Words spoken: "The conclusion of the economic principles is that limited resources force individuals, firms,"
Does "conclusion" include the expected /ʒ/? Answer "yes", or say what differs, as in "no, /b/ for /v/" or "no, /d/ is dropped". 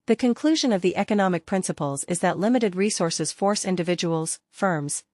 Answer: yes